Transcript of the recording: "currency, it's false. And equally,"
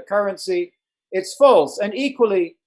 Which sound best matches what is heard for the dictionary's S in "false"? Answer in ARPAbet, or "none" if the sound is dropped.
S